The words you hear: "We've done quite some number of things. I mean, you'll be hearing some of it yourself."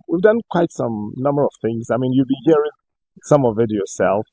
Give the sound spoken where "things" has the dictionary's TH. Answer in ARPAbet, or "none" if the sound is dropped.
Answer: TH